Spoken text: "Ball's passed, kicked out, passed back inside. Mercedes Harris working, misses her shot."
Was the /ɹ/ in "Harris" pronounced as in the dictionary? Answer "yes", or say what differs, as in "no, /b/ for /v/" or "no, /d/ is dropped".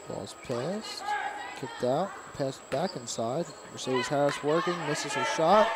no, /ɹ/ is dropped